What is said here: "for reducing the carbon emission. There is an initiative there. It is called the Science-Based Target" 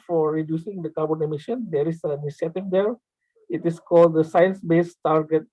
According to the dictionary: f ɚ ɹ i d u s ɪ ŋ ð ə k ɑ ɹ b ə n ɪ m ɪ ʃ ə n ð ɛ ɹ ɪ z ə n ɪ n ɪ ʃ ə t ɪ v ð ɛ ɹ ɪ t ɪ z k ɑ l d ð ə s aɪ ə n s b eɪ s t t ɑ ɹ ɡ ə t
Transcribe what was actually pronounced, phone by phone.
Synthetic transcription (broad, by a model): f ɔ ɹ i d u s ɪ ŋ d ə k ɑ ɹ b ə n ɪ m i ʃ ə n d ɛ ɹ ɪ s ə n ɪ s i ə t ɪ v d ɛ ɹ ɪ t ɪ s k ɑ l d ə s aɪ ə n s b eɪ s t t ɑ ɹ ɡ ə t